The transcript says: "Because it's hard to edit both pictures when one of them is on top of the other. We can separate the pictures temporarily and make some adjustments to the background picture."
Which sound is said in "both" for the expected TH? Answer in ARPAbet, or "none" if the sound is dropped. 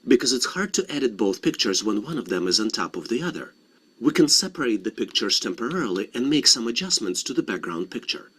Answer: TH